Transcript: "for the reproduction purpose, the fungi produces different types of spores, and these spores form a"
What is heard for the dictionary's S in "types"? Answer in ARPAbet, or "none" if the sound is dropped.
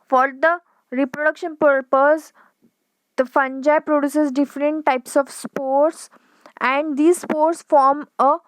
S